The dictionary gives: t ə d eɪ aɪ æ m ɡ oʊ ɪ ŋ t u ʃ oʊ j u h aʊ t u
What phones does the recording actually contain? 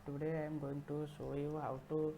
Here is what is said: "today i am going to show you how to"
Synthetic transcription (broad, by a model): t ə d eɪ aɪ m ɡ oʊ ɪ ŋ t u s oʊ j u h aʊ t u